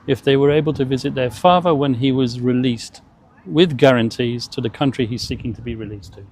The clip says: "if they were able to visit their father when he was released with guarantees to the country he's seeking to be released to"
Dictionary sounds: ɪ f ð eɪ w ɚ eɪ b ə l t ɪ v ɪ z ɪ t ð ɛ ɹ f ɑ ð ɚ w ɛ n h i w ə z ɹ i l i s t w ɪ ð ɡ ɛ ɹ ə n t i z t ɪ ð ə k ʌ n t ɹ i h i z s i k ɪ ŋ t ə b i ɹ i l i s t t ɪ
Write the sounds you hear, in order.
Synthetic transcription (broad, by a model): ɪ f ð eɪ w ɚ eɪ b ə l t ɪ v ɪ z ɪ t ð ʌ ɹ f ɑ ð ɚ w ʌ n i w ə z ɹ i l i s t w ɪ ð ɡ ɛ ɹ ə n t i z t ɪ ð ə k ʌ n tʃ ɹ i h i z s i k ɪ ŋ t ə b i ɹ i l i s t t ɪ